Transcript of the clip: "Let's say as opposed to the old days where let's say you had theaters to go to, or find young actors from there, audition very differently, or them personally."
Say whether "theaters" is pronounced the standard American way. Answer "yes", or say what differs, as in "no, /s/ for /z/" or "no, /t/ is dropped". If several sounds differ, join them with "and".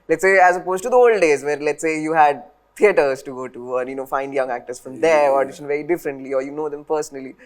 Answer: no, /t/ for /θ/